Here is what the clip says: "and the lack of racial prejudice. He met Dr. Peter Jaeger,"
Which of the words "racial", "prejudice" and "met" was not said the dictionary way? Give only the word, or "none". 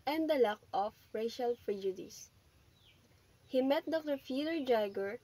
prejudice